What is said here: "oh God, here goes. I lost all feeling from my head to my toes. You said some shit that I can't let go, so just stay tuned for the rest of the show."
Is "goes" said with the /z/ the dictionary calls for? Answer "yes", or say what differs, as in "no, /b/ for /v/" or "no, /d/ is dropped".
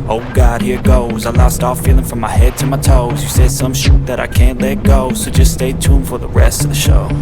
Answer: yes